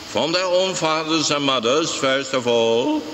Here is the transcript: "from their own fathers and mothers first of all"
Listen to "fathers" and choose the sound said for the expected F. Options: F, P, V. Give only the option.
F